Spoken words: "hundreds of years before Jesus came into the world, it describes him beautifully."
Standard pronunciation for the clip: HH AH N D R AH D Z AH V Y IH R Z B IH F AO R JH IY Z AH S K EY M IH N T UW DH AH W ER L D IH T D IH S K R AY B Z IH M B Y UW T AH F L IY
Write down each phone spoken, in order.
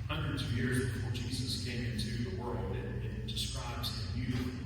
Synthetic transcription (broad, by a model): HH AH N D R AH D Z AH V Y IH R Z B IH F AO R JH IY Z AH S K EY M IH N T UW DH AH W ER L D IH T D IH S K R AY B Z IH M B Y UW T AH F